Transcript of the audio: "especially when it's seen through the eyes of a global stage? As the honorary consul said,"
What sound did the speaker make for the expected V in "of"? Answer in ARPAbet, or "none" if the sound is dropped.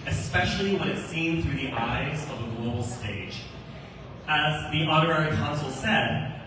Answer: V